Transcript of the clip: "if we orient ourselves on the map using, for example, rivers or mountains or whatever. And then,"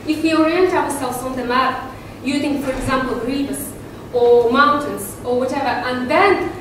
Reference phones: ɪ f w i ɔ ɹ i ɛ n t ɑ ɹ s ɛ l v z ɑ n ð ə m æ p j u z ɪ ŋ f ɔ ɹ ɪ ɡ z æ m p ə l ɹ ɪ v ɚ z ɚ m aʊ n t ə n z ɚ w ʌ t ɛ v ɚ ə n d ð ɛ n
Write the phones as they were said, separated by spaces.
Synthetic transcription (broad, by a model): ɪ f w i ɔ ɹ i ɛ n t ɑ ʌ s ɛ l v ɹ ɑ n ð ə m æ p j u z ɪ ŋ f ɔ ɹ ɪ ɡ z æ m p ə l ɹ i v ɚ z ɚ m aʊ n t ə n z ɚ w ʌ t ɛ v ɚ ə n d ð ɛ n